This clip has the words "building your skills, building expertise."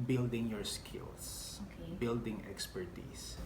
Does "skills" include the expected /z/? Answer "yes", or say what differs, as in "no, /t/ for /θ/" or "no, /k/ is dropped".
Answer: no, /s/ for /z/